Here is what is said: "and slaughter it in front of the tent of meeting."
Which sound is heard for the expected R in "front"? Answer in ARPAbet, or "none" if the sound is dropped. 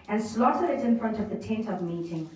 R